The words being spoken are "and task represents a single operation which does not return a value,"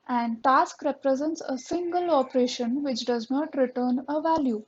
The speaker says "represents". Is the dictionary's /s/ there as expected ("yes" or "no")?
yes